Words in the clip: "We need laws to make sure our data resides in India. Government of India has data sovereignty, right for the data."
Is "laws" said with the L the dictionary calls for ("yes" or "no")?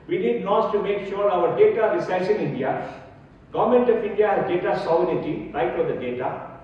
no